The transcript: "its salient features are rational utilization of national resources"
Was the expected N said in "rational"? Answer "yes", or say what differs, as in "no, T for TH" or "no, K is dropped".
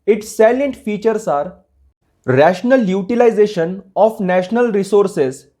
yes